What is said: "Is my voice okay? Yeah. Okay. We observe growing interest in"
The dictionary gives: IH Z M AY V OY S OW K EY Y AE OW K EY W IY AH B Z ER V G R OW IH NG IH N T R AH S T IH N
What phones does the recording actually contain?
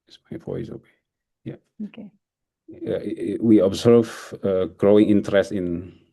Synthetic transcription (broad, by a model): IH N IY F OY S OW K EY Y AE OW K EY W IY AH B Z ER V G R OW IH NG IH N T R AH S T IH N